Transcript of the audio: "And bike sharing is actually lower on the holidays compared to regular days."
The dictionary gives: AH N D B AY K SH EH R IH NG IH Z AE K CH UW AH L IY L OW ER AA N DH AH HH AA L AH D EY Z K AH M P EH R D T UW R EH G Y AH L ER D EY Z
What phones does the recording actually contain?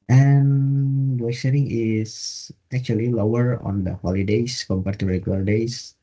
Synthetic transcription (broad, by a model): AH N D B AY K S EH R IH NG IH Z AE K CH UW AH L IY L OW ER AA N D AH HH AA L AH D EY S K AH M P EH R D T UW R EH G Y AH L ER D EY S